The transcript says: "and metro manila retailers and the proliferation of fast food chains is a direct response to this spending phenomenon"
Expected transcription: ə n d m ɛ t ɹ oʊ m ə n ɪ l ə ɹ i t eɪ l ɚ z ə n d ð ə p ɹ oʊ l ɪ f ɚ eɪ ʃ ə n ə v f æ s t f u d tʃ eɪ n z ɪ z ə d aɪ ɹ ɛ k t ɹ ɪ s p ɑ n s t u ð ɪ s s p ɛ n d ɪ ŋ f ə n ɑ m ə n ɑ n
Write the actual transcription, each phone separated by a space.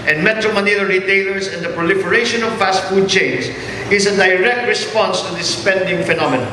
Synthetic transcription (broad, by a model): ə n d m ɛ t ɹ oʊ m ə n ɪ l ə ɹ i t eɪ l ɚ s ə n d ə p ɹ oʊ l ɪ f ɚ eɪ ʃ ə n ə v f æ s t f u d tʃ eɪ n s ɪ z ə d aɪ ɹ ɛ k t ɹ ɪ s p ɑ n s t u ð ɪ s s p ɛ n d ɪ ŋ f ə n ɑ m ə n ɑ